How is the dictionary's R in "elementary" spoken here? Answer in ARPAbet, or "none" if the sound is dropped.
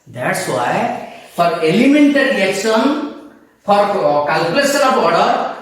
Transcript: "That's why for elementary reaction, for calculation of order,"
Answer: none